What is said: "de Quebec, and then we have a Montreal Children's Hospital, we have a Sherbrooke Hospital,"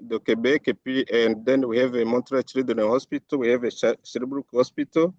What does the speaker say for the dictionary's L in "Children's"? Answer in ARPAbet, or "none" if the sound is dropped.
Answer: none